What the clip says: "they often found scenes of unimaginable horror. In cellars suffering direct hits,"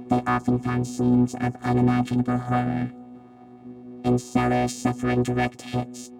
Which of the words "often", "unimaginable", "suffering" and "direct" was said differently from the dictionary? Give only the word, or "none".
none